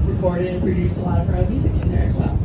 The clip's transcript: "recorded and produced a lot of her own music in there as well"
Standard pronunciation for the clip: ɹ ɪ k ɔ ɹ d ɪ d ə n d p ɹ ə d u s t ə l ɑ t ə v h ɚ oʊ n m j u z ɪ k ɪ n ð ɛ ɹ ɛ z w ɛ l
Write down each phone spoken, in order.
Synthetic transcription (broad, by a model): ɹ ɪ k ɔ ɹ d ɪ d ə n p ɹ ə d u s t ə l ɑ t ə v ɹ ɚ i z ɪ ɪ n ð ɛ ɹ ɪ z w ɛ l